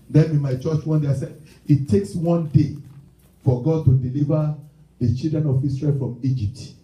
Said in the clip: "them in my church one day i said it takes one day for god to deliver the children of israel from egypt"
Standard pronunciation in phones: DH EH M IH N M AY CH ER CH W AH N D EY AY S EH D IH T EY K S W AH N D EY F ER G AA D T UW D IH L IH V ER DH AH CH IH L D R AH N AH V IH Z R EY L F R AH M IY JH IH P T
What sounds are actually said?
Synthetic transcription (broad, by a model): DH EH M IH N M AY CH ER CH W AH N D EY AY S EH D IH T EY K S W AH N D EY F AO G AA D T UW D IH L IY V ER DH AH CH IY L D R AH N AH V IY S R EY L F R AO M IY JH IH P T